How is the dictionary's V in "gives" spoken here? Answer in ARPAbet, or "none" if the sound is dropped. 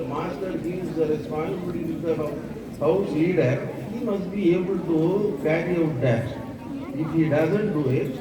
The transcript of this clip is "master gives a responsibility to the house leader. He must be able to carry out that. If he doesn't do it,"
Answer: none